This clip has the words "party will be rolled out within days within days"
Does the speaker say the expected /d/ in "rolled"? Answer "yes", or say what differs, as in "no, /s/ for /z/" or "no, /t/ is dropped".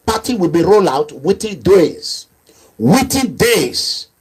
no, /d/ is dropped